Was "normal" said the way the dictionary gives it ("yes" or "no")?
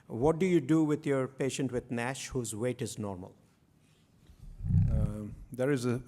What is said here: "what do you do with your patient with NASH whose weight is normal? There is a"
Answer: yes